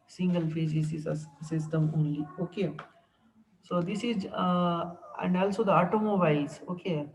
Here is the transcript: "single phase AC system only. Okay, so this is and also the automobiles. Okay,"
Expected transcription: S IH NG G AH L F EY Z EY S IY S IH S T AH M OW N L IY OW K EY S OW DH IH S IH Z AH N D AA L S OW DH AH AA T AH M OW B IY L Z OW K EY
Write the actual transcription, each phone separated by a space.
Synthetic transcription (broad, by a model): S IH NG G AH L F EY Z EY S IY S IH S T AH M OW N L IY OW K EY S OW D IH S IH Z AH N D AA L S OW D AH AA T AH M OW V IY Z OW K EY